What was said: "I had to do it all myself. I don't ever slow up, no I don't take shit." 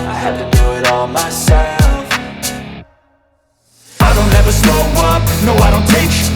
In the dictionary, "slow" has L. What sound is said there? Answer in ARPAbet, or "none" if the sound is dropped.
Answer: none